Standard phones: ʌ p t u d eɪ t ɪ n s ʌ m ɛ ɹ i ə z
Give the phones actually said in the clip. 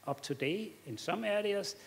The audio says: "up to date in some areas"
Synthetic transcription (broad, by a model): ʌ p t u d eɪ ɪ n s ʌ m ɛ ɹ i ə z